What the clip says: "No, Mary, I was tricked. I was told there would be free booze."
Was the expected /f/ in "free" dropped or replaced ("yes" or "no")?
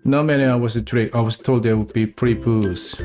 yes